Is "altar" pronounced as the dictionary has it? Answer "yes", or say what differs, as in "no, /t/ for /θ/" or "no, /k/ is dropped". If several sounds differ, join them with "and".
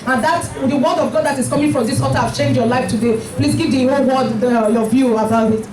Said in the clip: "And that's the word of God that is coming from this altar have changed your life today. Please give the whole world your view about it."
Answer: no, /l/ is dropped